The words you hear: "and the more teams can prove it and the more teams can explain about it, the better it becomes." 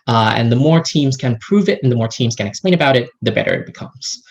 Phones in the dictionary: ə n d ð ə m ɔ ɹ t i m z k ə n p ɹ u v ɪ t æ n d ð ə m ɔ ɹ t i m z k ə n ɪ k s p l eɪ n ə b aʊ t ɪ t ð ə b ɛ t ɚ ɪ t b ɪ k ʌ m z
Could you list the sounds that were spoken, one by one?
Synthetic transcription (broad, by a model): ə n ð ə m ɔ ɹ t i m z k ə n p ɹ u v ɪ t n ð ə m ɔ ɹ t i m z k ə n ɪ k s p l eɪ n ə b aʊ t ɪ t ð ə b ɛ t ɚ ɪ t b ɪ k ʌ m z